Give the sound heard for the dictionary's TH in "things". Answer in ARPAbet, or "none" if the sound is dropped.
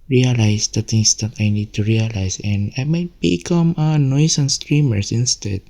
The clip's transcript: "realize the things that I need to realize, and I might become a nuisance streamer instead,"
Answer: T